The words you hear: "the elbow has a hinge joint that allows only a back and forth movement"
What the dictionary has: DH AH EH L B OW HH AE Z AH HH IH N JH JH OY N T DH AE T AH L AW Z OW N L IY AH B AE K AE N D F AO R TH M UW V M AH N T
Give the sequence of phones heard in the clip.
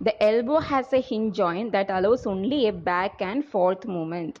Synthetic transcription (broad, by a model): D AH EH L B OW HH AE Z AH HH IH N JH JH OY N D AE T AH L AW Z OW N L IY AH B AE K AE N D F AO R T M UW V M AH N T